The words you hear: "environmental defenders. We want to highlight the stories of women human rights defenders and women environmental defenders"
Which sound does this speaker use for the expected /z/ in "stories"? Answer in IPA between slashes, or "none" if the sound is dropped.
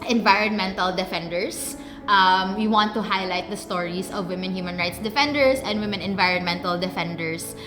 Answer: /s/